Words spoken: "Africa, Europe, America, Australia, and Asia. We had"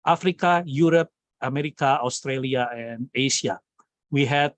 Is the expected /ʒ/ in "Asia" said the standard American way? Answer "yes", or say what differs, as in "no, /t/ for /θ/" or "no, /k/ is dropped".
no, /s/ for /ʒ/